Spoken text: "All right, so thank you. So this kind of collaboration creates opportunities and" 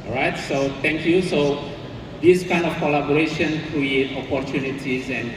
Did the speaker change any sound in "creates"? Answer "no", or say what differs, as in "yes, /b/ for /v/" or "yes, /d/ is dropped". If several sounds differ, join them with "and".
yes, /s/ is dropped